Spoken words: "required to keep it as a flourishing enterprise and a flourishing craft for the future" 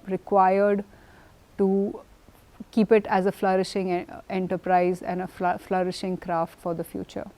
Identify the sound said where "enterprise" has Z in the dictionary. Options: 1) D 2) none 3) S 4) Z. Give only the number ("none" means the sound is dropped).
4